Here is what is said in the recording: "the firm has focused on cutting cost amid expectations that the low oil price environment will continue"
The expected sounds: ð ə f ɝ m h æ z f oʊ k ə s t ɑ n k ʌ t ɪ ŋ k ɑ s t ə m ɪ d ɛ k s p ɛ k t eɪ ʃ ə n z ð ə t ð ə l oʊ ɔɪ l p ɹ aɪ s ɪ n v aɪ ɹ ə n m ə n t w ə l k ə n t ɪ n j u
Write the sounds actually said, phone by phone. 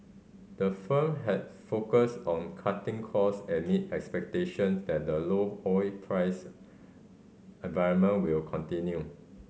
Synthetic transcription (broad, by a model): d ə f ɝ m h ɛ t f oʊ k ə s t ɑ n k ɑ t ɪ ŋ k ɑ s ə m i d ɛ k s p ɛ k t eɪ ʃ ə n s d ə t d ə l oʊ ɔɪ p ɹ aɪ s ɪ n v aɪ ɹ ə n m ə n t w ə l k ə n t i n j u